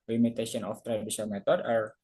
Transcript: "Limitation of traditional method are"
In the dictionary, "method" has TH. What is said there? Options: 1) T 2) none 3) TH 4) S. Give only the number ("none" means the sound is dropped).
1